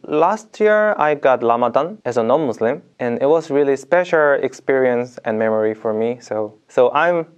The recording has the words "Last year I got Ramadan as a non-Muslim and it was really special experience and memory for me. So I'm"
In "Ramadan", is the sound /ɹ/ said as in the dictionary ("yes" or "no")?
no